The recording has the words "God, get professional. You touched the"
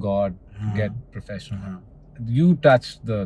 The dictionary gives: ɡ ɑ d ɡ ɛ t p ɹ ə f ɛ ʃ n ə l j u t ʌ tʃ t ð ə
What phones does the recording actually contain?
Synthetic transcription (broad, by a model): ɡ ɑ d ɡ ɛ t p ɹ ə f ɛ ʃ ə n j u t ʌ tʃ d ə